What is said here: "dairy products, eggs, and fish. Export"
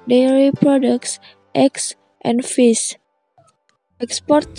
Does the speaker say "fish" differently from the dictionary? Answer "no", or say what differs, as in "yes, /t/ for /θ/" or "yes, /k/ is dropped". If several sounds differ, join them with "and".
yes, /s/ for /ʃ/